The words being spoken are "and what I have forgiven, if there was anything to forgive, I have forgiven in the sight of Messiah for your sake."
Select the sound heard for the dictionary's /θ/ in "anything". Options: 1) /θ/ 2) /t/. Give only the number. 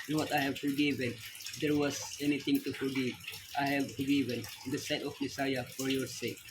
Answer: 2